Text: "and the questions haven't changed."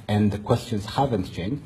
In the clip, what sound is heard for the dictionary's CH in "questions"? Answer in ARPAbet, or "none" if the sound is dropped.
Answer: CH